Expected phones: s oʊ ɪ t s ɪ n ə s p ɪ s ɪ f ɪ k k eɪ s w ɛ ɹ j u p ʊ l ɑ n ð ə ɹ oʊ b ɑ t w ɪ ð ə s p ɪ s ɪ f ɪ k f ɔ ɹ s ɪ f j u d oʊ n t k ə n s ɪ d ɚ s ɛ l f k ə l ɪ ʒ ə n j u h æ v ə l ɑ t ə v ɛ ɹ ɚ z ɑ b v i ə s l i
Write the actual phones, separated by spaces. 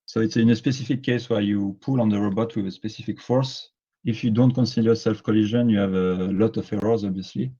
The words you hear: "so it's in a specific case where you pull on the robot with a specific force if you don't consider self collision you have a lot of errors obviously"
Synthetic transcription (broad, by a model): s oʊ ɪ t s ɪ n ə s p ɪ s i f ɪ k k eɪ s w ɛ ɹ j u p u l ɑ n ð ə ɹ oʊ b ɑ t w ɪ ð ə s p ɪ s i f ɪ k f ɔ ɹ s ɪ f j u d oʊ n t k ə n s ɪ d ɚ s ɛ l f k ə l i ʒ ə n j u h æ v ə l ɑ t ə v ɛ ɹ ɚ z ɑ b v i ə s l i